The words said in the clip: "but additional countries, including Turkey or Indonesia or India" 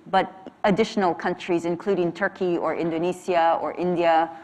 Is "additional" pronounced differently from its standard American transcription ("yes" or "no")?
no